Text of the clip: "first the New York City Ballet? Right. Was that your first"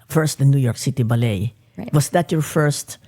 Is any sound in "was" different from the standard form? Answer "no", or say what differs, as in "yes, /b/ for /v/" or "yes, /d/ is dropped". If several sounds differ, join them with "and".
yes, /s/ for /z/